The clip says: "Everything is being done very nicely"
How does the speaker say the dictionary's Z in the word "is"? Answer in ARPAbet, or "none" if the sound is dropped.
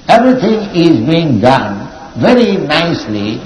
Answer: Z